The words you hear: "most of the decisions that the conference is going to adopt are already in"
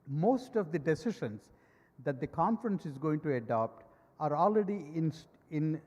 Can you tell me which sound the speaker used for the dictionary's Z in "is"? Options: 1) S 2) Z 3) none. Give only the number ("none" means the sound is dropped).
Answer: 2